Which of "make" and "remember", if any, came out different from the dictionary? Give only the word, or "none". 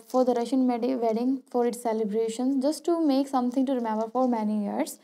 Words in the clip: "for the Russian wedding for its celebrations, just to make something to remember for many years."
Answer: none